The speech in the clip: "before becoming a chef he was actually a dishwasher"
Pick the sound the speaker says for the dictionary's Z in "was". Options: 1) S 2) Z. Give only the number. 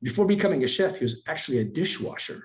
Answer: 2